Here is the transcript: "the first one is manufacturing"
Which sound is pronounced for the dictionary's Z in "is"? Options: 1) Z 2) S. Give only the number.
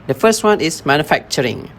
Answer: 2